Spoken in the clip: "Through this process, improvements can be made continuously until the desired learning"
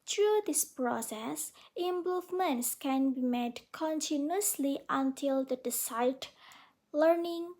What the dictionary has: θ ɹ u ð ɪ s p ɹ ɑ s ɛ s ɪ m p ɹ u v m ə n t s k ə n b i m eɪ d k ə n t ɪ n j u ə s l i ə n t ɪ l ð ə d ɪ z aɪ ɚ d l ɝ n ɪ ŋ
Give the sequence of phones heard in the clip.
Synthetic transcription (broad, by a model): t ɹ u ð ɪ s p ɹ ɑ s ɛ s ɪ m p u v m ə n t s k ə n b i m eɪ d k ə n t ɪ n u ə s l i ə n t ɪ l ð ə d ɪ s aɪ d l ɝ n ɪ ŋ